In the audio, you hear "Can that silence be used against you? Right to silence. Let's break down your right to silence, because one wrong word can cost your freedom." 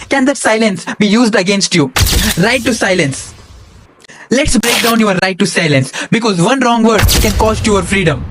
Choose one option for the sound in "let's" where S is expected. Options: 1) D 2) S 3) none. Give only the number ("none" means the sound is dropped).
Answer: 2